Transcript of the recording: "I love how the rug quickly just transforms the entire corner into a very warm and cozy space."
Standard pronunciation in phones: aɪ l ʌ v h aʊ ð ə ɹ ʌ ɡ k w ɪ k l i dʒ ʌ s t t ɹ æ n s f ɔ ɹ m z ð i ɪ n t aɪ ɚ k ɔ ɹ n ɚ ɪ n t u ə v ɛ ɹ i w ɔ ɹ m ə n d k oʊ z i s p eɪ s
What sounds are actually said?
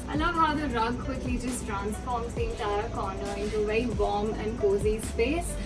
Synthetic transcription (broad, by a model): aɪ l ʌ v h aʊ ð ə ɹ ʌ ɡ k w ɪ k l i dʒ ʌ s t t ɹ æ n s f ɔ ɹ m z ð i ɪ n t aɪ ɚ k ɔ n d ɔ ɪ n t u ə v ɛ i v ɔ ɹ m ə n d k oʊ z i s p eɪ s